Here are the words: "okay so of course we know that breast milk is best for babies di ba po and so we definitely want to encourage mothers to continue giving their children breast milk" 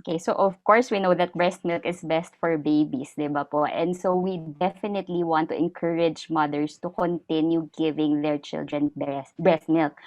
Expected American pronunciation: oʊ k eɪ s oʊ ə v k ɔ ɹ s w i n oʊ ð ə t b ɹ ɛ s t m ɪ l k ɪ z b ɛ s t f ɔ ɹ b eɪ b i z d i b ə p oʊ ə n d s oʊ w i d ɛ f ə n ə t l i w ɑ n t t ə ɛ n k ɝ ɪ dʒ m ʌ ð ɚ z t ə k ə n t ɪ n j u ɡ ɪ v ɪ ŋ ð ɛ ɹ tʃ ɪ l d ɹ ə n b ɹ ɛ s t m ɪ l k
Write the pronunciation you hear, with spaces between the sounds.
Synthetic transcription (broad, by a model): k eɪ s oʊ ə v k ɔ ɹ s w i n oʊ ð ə t b ɹ ɛ s t m ɪ l k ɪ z b ɛ s t f ɔ ɹ b eɪ b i s d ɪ b ə p oʊ ə n d s oʊ w i d ɛ f ə n ə t l i w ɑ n t t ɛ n k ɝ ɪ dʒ m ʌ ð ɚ s t ə k ə n t ɪ n j u ɡ ɪ v ɪ ŋ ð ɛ ɹ tʃ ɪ l d ɹ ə n b ɹ ɛ s t m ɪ l k